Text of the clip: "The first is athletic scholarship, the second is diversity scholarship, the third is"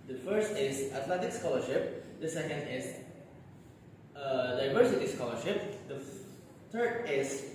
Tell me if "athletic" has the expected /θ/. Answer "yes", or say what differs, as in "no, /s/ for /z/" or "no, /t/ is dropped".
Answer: no, /t/ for /θ/